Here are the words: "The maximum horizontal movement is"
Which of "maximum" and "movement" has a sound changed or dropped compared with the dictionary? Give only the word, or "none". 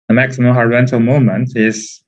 movement